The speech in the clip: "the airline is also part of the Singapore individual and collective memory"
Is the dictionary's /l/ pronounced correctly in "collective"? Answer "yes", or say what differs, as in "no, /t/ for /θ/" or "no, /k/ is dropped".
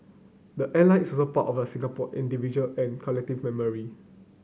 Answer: yes